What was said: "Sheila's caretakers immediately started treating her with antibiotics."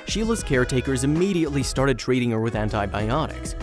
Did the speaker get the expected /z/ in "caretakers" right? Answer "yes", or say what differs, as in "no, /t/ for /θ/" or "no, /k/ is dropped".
yes